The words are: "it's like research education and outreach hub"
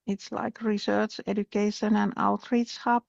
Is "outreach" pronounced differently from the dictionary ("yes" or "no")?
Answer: yes